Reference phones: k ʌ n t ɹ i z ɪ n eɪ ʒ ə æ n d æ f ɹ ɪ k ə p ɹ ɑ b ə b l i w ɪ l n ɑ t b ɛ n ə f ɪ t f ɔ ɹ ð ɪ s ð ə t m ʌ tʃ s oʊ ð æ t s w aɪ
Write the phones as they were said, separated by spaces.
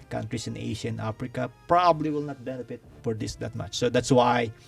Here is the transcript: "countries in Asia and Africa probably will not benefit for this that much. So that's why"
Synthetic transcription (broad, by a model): k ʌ n t ɹ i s ɪ n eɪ ʃ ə n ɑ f ɹ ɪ k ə p ɹ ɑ b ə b l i w ɪ l n ɑ t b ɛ n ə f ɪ t f ɔ ɹ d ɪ s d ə t m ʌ tʃ s oʊ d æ t s w aɪ